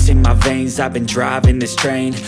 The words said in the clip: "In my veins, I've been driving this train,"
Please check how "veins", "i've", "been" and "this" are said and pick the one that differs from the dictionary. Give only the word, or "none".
none